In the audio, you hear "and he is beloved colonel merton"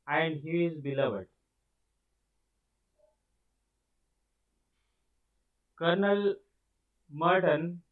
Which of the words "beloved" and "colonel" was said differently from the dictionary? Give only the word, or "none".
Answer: none